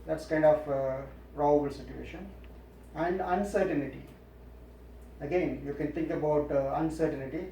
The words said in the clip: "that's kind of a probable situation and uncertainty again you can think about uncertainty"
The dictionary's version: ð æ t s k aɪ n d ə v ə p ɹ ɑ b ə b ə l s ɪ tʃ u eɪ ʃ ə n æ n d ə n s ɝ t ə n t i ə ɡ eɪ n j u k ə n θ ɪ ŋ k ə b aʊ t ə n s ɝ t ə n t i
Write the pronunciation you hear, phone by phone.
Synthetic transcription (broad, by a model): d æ t s k aɪ n d ə f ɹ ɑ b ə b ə l s ɪ tʃ u eɪ ʃ ə n æ n d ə n s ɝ t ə n t i ə ɡ eɪ n j u k ə n t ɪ ŋ k ə b aʊ t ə n s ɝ t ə n t i